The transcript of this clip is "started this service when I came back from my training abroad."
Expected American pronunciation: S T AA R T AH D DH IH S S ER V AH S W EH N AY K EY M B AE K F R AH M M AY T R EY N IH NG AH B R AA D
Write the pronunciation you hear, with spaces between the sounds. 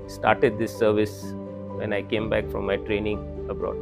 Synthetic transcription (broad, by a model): S T AA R T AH D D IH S S ER V AH S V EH N AY K EY M B AE K F R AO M M AY T R EY N IH NG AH B R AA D